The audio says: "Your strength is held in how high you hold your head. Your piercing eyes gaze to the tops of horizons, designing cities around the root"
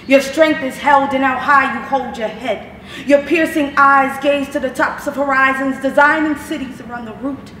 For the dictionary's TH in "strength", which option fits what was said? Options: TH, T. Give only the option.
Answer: TH